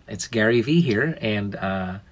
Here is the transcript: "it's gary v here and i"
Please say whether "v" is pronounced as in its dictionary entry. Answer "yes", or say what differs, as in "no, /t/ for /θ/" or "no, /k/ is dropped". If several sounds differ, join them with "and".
yes